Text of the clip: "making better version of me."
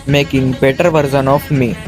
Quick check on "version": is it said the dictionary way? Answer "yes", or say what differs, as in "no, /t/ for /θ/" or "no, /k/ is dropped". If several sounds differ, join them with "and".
no, /z/ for /ʒ/